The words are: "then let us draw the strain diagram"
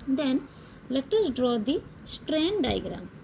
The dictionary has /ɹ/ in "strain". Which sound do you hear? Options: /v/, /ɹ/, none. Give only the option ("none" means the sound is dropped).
/ɹ/